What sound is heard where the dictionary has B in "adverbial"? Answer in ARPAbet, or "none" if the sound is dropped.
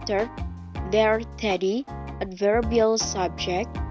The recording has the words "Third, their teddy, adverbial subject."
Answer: B